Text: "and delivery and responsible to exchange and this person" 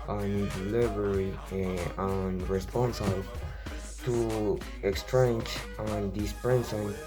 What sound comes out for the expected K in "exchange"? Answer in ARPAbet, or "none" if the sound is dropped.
K